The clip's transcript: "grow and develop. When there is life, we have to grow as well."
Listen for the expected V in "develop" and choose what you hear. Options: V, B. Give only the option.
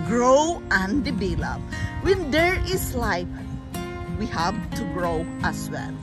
B